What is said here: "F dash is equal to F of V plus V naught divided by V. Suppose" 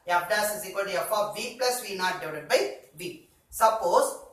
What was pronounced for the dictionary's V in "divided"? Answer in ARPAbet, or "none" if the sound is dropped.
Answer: none